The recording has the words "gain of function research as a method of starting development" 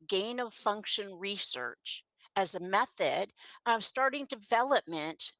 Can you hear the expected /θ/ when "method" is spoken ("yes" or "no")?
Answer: yes